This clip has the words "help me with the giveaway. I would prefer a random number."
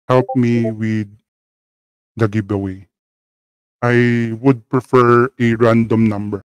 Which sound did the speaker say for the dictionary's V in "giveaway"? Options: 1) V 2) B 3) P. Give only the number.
2